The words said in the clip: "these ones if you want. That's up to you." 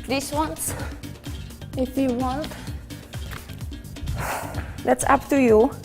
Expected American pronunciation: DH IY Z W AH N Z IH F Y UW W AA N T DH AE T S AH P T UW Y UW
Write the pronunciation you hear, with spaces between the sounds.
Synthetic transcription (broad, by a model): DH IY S W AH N S IH F Y UW W AA N T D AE T S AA P T UW Y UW